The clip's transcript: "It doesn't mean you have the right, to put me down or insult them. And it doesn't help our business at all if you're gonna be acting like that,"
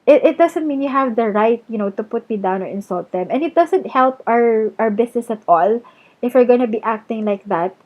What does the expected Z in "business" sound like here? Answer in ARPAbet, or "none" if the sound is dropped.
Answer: S